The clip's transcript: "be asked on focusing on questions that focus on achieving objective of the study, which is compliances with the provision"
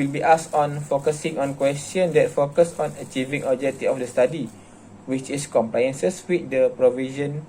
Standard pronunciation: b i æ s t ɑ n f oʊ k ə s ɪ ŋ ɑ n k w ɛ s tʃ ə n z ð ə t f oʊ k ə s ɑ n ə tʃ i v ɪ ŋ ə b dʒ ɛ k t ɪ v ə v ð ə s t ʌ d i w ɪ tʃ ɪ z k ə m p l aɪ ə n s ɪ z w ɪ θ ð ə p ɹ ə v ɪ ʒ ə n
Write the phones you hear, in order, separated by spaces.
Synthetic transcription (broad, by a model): b i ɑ s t ɑ n f oʊ k ə s ɪ ŋ ɑ n k w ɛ s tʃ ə n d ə t f oʊ k ə s ɑ n ə tʃ i v ɪ ŋ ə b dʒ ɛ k t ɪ ə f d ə s t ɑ d i w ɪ tʃ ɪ s k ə m p l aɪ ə n s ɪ s w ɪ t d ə p ɹ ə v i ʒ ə n